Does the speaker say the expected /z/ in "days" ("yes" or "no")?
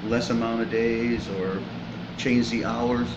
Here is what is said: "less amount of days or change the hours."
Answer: yes